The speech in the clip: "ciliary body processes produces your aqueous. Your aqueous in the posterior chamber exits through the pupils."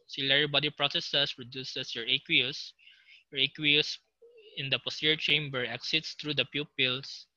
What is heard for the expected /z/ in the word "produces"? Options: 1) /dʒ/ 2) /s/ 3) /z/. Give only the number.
2